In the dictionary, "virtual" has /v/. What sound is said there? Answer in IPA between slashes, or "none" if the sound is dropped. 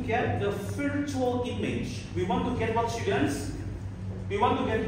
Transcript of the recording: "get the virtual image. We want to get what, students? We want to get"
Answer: /p/